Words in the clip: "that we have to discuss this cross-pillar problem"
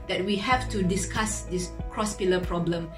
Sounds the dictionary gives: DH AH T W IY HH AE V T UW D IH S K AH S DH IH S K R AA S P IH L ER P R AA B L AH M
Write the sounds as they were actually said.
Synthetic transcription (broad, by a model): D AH T W IY HH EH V T UW D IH S K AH S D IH S K R AA S P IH L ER P R AA B L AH M